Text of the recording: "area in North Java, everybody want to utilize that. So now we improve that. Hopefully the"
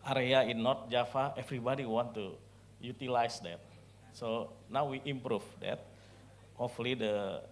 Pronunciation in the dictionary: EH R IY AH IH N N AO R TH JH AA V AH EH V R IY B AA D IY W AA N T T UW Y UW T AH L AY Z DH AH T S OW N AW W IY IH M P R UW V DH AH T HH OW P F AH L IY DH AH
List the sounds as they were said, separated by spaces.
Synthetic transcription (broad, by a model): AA R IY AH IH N N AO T JH AA F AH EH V R IY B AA D IY W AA N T T UW Y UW T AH L AY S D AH T S OW N AW W IY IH M P R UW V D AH T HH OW F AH L IY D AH